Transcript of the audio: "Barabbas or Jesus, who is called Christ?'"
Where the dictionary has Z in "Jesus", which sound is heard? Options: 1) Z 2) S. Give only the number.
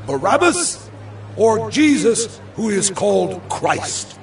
1